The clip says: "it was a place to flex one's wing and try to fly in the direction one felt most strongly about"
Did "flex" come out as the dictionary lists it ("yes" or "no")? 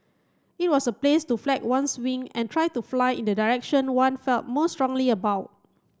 no